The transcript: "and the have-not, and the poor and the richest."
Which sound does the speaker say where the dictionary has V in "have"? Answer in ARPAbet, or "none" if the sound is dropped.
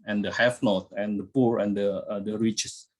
F